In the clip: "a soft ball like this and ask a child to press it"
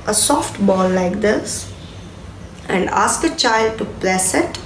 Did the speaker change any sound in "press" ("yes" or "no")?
yes